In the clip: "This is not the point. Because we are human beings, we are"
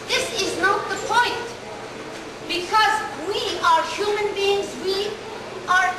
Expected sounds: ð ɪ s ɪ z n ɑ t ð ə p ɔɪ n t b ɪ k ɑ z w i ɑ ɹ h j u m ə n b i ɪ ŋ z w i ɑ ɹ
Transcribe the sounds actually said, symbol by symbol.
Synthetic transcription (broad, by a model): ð ɪ s ɪ z n ɑ t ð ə p ɔɪ n t b ɪ k ɑ z w i ɑ ɹ h j u m ə n b i ɪ ŋ z w i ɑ ɹ